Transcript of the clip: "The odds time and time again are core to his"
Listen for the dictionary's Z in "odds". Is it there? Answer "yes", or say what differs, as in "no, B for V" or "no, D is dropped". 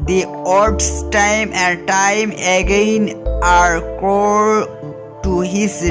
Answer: no, S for Z